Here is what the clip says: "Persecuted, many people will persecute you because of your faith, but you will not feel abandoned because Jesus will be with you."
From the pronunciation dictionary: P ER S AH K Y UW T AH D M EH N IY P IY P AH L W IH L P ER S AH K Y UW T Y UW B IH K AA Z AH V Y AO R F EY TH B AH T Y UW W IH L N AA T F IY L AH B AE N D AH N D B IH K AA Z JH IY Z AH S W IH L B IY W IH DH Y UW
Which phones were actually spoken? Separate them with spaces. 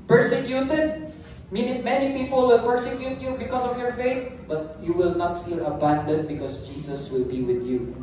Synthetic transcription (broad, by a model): P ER S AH K Y UW T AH D M EH N IY P IY P AH L W IH L P ER S AH K Y UW T Y UW B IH K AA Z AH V Y AO R F EY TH B AH T Y UW W IH L N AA T F IY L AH B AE N D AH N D B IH K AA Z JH IY S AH S W IH L B IY W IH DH Y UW